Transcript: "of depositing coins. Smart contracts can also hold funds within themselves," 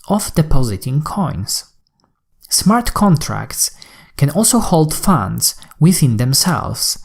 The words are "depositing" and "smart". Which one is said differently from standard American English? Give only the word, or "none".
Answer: none